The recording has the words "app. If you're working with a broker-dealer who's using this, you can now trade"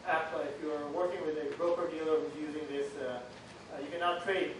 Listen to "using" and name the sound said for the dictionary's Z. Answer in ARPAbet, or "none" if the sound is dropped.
Z